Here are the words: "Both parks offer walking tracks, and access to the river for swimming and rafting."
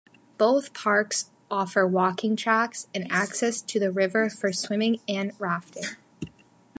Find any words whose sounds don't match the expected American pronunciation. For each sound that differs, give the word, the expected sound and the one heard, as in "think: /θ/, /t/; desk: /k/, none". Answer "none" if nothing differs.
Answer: none